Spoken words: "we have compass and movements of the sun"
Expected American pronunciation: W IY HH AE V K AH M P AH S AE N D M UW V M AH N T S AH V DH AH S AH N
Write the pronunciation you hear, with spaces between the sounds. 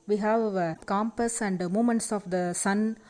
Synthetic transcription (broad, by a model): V IY HH AE V K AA M P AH S AE N D M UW M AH N T S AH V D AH S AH N